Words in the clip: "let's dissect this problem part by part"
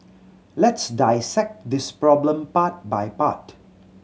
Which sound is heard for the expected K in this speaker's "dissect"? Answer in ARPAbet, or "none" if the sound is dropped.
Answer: K